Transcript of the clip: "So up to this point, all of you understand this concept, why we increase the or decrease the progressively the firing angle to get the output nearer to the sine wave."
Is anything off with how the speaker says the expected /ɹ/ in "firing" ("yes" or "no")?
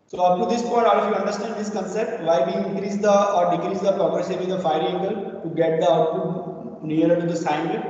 yes